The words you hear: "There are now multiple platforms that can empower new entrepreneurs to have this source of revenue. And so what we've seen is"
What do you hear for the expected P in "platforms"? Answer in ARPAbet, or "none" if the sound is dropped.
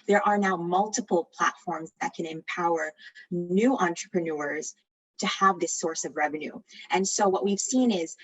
P